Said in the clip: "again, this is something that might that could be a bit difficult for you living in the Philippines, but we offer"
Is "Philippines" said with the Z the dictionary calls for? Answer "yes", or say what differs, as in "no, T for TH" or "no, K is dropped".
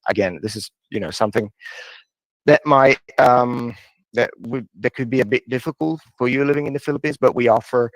yes